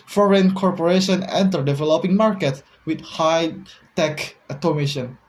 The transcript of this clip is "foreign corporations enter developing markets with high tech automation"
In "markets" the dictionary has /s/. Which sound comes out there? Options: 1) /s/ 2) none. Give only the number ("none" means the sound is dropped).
2